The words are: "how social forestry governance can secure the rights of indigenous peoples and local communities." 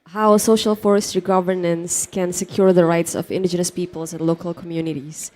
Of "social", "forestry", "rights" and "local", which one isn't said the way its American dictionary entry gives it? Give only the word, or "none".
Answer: none